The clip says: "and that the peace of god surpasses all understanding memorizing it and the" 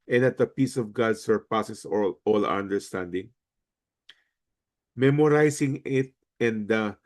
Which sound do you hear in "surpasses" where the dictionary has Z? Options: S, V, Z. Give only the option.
S